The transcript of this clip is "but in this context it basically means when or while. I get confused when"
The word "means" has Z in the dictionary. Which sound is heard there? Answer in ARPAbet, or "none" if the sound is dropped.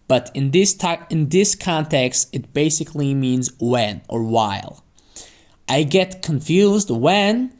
Z